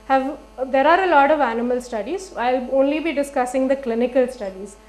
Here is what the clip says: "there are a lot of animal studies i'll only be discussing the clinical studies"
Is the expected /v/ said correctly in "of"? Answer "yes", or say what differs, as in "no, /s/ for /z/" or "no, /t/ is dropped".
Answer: yes